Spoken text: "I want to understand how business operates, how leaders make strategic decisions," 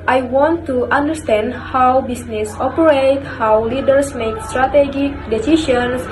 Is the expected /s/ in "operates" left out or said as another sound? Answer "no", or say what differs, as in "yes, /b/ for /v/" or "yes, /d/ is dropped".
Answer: yes, /s/ is dropped